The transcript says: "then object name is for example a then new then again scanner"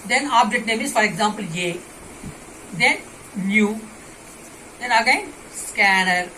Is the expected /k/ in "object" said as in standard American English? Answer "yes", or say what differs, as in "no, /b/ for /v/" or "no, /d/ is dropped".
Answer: no, /k/ is dropped